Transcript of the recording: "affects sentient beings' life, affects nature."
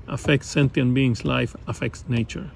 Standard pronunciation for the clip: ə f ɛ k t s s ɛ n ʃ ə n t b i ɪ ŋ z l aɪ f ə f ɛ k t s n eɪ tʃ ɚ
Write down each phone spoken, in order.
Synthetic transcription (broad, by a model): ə f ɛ k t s s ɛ n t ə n b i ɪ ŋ s l aɪ f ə f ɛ k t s n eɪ tʃ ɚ